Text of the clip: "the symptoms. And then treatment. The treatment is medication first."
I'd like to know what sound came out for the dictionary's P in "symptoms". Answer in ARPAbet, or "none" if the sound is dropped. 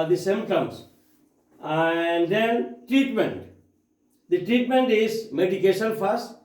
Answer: none